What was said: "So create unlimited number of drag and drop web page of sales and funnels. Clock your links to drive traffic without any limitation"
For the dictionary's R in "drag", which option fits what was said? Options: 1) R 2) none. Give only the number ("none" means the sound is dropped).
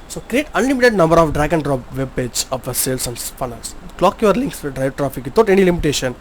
1